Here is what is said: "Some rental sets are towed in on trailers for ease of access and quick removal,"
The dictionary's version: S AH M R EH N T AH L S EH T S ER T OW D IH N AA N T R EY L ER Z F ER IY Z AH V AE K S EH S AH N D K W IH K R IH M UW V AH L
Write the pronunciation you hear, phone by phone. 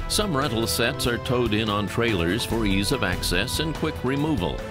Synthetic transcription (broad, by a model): S AH M R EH T L S EH T S ER T OW D IH N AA N T R EY L ER Z F ER IY Z AH V AE K S EH S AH N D K W IH K R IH M UW V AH L